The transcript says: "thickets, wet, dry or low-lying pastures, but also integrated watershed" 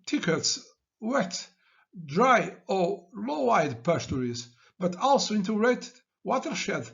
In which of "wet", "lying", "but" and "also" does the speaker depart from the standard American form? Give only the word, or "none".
lying